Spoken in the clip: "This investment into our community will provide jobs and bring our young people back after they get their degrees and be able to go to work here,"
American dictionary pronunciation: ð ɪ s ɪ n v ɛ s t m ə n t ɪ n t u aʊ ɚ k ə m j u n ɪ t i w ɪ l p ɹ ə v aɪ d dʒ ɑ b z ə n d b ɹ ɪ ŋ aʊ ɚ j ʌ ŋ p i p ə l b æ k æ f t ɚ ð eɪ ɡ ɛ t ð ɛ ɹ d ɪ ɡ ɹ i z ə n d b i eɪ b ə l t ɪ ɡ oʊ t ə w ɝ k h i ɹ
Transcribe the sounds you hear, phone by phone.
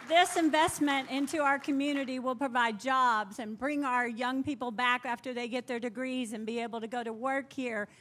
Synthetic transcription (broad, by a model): ð ɪ s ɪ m v ɛ s t m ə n t ɪ n t u aʊ ɚ k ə m j u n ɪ t i w ɪ l p ɹ ə v aɪ d dʒ ɑ b z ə n b ɹ ɪ ŋ aʊ ɚ j ʌ ŋ p i p l b æ k æ f t ɚ ð eɪ ɡ ɛ t ð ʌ ɹ d ɪ ɡ ɹ i z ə n b i eɪ b l t ɪ ɡ oʊ t ə w ɝ k h i ɹ